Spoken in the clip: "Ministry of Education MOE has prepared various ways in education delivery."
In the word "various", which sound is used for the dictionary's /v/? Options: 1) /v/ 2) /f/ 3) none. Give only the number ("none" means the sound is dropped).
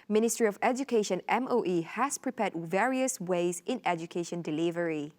1